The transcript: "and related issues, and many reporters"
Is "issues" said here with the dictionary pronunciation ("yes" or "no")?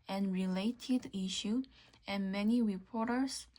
no